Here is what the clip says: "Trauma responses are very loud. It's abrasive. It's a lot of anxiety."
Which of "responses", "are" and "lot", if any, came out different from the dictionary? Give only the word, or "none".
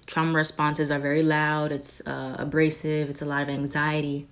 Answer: none